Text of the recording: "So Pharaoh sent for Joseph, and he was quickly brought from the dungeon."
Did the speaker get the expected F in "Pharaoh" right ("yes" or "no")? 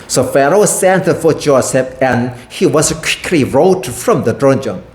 yes